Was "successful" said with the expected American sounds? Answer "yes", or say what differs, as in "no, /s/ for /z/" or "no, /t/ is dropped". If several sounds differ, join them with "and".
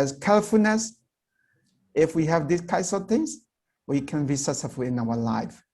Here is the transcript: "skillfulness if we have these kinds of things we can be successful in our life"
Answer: no, /k/ is dropped and /s/ is dropped